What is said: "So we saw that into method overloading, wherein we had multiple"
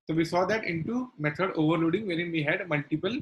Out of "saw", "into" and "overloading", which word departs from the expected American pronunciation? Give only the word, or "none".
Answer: none